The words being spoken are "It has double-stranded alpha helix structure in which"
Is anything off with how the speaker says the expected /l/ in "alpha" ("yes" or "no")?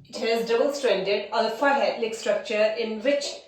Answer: yes